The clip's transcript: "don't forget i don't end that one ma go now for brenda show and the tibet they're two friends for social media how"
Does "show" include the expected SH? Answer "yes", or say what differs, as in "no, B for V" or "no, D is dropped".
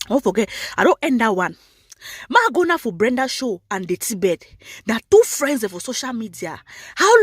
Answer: yes